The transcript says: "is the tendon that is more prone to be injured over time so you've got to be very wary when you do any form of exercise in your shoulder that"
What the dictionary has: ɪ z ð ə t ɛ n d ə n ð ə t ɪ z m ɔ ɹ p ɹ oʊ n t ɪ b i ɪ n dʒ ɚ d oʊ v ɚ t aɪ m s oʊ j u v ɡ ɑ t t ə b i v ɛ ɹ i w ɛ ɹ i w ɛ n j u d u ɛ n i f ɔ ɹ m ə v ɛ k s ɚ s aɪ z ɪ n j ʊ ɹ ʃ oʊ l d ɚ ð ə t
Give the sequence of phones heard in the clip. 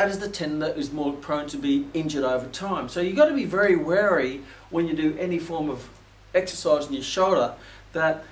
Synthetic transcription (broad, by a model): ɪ z ð ə t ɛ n n ð ə t ɪ z m ɔ ɹ p ɹ oʊ n t ɪ b i ɪ n dʒ ɚ d oʊ v ɚ t aɪ m s oʊ j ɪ ɡ ɑ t t ə b i v ɛ ɹ i w ɛ ɹ i w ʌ n j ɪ d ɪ ɛ n i f ɔ ɹ m ə v ɛ k s ɚ s aɪ z n j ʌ ɹ ʃ oʊ l d ɚ ð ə t